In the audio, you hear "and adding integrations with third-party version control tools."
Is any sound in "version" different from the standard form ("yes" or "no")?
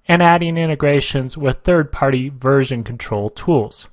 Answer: no